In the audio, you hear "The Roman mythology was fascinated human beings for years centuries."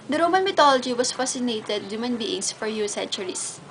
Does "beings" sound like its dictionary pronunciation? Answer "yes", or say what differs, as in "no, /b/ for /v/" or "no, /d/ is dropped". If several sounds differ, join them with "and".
no, /s/ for /z/